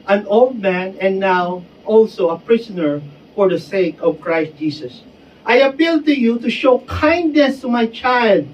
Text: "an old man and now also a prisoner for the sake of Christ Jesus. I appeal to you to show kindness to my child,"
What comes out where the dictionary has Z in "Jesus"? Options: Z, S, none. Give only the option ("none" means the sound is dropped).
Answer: S